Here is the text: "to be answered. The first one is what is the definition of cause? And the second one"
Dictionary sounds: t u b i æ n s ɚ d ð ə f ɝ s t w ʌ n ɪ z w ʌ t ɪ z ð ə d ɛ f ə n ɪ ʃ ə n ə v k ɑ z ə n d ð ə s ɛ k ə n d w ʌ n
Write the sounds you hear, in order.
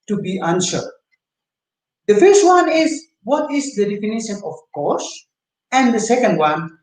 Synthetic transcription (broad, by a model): t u b i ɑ n ʃ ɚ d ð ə f ɝ s t w ʌ n ɪ z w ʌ t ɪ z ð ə d ɛ f ə n ɪ ʃ ə n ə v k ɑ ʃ ə n d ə s ɛ k ə n d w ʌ n